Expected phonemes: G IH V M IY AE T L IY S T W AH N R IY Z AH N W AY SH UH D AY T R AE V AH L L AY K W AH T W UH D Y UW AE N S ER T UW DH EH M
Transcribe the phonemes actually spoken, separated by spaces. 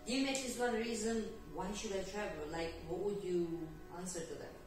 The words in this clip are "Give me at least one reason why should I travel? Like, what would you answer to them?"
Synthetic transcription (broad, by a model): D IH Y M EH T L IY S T W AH N R IY Z AH N W AY SH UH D AY T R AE V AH L L AY K W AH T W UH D Y UW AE N S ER T UW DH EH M